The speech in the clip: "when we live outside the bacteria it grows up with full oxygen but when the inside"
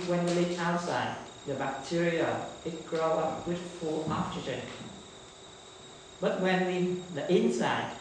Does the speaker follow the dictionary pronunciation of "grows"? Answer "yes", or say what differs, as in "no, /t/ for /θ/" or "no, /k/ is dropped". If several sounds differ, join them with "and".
no, /z/ is dropped